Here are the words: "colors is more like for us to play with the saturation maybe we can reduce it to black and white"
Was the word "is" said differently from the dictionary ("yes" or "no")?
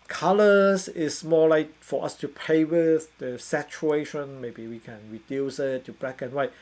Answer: yes